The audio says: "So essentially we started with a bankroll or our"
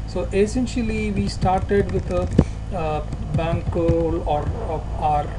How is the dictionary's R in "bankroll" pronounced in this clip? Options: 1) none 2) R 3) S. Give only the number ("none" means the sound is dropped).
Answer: 1